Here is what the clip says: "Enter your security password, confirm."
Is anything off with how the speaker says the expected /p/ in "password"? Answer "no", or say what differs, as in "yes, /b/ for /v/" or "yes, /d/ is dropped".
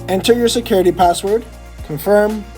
no